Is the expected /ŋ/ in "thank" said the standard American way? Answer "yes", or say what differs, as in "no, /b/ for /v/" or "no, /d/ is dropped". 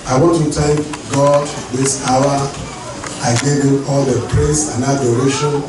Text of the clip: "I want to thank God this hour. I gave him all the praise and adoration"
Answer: no, /ŋ/ is dropped